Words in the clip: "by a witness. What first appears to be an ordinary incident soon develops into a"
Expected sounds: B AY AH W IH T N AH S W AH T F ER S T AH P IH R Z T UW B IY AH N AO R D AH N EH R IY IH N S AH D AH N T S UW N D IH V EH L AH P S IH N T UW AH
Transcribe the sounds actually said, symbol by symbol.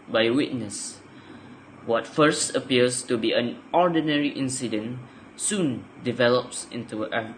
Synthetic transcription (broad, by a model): B AY W IH T N AH S W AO T F ER S T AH P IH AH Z T UW B IY AH N AO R D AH N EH R IY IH N S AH D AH N S UW N D IH V EH L AH P S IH N T UW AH